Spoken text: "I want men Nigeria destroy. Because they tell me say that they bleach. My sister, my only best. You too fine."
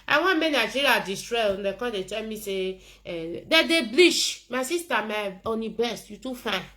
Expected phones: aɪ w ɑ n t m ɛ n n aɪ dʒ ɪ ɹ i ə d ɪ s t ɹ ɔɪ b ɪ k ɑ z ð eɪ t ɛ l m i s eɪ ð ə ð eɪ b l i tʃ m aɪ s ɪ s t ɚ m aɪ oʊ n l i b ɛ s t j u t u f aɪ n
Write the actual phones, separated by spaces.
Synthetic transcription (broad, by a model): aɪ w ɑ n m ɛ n n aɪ dʒ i ɹ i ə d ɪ s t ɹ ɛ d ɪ k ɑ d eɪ t ɛ l m i s eɪ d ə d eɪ b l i ʃ m aɪ s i s t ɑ m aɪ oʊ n i b ɛ s t j u t u f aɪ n